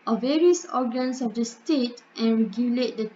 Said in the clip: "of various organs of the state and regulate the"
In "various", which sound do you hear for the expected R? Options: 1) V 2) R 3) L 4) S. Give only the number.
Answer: 2